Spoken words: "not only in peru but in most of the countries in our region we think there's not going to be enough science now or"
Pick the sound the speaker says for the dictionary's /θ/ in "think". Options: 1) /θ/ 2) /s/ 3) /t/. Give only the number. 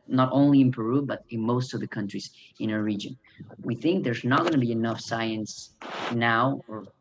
1